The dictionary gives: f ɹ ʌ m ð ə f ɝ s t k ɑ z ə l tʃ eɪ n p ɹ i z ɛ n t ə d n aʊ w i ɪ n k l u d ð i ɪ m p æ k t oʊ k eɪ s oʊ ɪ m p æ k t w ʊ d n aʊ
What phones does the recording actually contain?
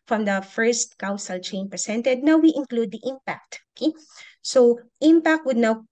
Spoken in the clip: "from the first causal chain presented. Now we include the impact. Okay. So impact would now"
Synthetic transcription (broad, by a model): f ɹ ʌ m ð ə f ɝ s t k ɑ s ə l tʃ eɪ n p ɹ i s ɛ n t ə d n aʊ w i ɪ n k l u d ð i ɪ m p æ k t oʊ k eɪ s oʊ ɪ m p æ k t w ʊ d n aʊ